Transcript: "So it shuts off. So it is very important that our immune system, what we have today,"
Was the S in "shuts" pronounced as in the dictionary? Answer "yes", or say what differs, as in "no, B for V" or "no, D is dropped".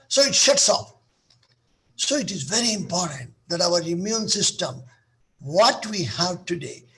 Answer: yes